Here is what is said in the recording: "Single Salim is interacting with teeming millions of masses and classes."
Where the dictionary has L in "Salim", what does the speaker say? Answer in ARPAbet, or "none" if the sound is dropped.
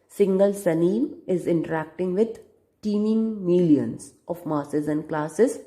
N